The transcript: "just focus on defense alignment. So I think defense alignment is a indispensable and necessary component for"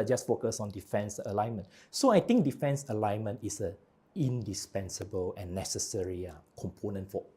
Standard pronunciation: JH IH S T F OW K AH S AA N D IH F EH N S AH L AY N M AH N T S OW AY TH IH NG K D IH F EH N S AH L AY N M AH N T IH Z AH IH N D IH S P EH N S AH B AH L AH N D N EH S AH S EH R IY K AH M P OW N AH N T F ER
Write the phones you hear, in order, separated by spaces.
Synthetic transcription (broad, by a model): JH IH S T F OW K AH S AA N D IH F EH N S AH L AY N M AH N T S OW AY T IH NG K D IH F EH N S AH L AY N M AH N T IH S AH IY N D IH S P EH N S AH B AH L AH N N EH S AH S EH R IY K AH M P OW N AH N T F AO